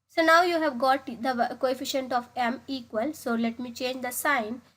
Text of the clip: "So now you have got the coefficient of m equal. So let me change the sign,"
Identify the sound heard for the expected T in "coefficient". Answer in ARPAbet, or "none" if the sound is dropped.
T